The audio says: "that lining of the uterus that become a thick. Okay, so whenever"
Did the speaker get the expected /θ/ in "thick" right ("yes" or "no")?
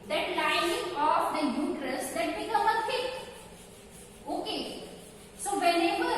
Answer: no